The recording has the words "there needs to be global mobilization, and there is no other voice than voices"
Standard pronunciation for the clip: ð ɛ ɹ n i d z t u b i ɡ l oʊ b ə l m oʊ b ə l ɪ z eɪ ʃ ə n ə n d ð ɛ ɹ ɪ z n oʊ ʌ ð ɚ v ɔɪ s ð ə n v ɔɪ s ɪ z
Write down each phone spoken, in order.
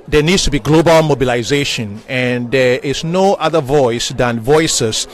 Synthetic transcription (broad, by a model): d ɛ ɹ n i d s t u b i ɡ l oʊ b ə l m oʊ b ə l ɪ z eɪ ʃ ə n ə n d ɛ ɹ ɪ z n oʊ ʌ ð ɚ v ɔɪ s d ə n v ɔɪ s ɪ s